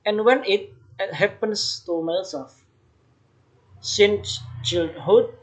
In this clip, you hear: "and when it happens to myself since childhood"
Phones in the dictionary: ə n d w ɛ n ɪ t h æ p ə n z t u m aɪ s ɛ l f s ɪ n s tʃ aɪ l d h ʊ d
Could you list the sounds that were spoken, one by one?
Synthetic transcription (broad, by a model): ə n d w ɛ n ɪ t h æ p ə n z t u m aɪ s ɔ f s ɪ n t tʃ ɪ l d h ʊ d